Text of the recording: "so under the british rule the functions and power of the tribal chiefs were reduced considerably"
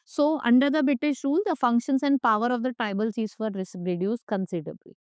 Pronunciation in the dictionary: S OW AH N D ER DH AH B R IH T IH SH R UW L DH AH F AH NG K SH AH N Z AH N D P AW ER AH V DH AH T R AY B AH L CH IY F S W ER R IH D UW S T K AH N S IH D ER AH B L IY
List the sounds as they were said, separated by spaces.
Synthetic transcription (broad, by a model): S OW AH N D ER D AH B R IH T IH SH R UW L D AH F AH NG K SH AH N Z AH N D P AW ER AH V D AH T R AY B AH L S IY S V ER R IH D UW S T K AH N S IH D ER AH B L IY